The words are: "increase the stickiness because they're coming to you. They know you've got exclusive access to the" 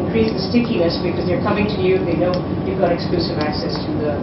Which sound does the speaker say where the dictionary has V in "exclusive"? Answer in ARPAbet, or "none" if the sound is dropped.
V